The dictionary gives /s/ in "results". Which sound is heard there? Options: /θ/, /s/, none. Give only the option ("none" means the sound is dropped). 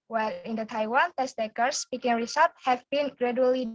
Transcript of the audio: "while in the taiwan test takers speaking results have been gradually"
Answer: none